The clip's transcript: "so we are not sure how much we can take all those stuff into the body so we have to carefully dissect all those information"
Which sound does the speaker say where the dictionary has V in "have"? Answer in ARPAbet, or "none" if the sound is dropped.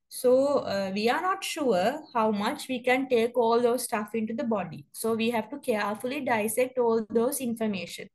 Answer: V